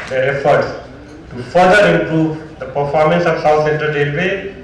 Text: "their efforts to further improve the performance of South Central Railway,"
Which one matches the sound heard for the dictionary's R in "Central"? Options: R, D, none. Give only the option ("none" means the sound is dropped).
none